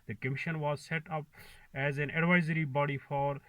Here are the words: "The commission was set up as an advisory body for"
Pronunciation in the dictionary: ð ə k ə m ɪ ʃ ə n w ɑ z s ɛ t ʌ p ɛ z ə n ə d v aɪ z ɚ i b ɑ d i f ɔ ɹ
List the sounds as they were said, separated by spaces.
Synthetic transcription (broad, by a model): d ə k ə m ɪ ʃ ə n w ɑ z s ɛ t ʌ p ɛ z ə n ə d v aɪ z ɚ i b ɑ d i f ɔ ɹ